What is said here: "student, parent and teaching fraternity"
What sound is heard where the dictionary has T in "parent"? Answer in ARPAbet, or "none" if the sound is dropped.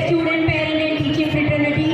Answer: none